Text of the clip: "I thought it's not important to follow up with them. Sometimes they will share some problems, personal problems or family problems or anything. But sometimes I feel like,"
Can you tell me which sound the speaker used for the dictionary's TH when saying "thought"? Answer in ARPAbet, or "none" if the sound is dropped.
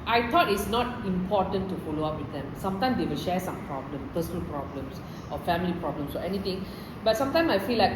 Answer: T